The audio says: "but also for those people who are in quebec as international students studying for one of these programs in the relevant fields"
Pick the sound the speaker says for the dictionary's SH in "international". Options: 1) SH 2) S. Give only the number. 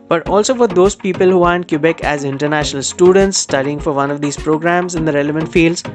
1